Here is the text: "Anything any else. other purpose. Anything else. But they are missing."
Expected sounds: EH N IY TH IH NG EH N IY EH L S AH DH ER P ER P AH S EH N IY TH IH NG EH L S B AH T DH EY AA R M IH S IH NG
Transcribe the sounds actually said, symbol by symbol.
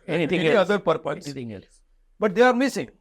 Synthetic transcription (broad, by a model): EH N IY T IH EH IY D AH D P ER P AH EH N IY T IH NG EH L S B AH T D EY AA R M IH S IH NG